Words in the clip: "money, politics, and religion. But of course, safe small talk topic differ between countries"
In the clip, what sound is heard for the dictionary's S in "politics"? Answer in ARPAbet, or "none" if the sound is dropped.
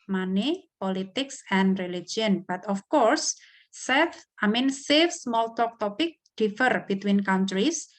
S